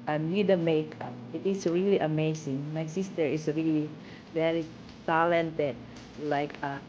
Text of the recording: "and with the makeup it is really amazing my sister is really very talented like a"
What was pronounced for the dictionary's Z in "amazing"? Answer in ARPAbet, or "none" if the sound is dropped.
S